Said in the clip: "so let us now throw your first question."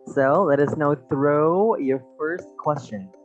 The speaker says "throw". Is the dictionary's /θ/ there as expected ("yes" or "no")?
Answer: yes